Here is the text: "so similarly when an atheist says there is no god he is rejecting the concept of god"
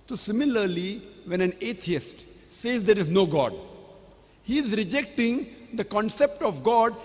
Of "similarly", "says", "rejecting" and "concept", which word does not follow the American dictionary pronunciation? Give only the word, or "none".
none